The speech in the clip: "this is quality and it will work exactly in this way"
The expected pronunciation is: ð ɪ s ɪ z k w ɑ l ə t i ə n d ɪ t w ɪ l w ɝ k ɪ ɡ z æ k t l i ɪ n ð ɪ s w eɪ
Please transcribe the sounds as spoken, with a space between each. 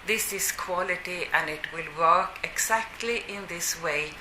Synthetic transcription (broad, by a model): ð ɪ s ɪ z k w ɑ l ə t i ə n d ɪ t w ɪ l w ɝ k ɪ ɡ s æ k t l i ɪ n ð ɪ s w eɪ